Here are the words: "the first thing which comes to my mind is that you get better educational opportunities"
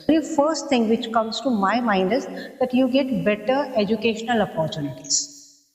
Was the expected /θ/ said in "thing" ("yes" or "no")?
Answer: no